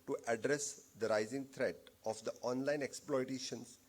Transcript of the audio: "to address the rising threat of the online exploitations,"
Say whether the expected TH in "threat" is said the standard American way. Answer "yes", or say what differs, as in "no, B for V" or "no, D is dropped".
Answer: no, T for TH